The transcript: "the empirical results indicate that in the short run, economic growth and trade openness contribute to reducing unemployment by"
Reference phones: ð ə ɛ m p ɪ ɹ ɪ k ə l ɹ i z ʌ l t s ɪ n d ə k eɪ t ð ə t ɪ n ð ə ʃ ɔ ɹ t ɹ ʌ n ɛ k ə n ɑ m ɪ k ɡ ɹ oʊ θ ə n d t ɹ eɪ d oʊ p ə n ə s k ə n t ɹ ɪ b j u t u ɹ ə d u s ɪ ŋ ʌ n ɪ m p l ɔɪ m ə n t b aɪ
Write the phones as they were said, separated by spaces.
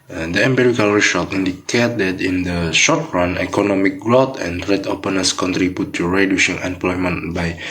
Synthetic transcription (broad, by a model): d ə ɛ m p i ɹ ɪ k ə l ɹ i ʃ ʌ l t i n d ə k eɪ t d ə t ɪ n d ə ʃ ɔ t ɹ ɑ n ɛ k ə n ɑ m ɪ k ɡ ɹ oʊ t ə n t ɹ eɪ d oʊ p ə n ə s k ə n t ɹ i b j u t u ɹ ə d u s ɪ ŋ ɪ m p l ɔɪ m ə n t b aɪ